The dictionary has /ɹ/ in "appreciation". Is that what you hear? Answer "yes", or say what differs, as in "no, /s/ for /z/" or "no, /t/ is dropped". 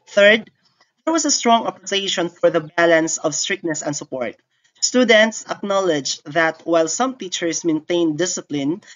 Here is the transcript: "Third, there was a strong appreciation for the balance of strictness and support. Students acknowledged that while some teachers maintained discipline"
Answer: no, /ɹ/ is dropped